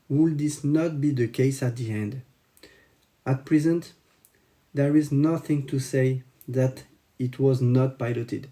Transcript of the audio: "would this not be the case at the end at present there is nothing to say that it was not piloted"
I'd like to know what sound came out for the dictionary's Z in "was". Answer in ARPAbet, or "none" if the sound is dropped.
Z